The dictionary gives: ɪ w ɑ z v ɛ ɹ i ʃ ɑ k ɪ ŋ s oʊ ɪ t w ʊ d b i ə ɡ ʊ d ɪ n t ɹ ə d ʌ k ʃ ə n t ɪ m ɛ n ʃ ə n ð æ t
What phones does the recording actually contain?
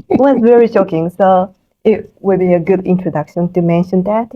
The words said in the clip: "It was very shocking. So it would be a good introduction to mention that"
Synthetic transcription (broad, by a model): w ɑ s v ɛ ɹ i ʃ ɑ k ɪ ŋ s oʊ ɪ t w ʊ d b i ə ɡ ʊ d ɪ n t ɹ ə d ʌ k ʃ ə n t ɪ m ɛ n ʃ ə n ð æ t